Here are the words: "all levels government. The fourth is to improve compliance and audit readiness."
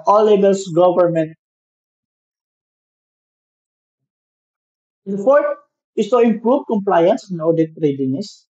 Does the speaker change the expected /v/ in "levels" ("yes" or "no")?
yes